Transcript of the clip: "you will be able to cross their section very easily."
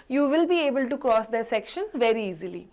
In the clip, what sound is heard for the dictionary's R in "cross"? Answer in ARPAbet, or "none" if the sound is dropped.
R